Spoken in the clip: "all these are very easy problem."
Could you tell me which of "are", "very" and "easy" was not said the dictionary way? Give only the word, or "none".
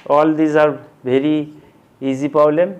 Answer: very